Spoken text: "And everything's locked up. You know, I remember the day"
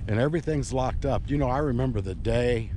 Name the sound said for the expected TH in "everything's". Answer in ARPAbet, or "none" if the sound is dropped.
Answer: TH